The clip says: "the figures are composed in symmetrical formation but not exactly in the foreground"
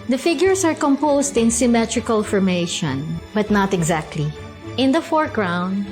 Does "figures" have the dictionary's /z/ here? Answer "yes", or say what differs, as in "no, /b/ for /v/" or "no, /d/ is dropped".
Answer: no, /s/ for /z/